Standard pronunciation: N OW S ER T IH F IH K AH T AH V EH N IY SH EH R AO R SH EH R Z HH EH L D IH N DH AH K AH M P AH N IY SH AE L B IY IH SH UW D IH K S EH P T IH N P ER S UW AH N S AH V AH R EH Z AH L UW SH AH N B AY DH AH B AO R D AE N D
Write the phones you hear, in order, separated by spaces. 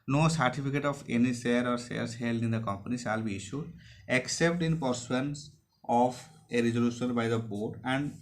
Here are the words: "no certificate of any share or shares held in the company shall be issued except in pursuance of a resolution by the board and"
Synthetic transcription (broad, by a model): N OW S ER T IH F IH K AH T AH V EH N IY S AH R AO R S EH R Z HH EH L D IH N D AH K AH M P AH N IY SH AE L B IY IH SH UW D IH K S EH P T IH N P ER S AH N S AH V AH R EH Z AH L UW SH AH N B AY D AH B AO R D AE N D